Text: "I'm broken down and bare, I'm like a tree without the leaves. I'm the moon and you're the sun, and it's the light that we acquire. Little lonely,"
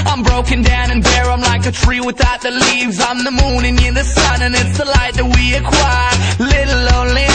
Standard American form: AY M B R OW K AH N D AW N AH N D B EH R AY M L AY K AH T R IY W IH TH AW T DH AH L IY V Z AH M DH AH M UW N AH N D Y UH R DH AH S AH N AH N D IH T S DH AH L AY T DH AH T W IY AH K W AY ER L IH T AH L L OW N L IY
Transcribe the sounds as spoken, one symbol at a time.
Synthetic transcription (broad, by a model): AY M B R OW K AH N D AW N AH N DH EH R AY M L AY K AH T R IY W IH TH AW T DH AH L IY V Z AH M DH AH M UW N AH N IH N DH AH S AH N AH N IH T S DH AH L AY T DH AH T W IY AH K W AY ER L IH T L L OW N L IY